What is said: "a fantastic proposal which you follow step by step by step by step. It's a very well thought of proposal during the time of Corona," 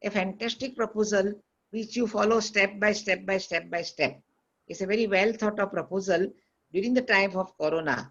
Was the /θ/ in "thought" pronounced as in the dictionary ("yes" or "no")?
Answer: no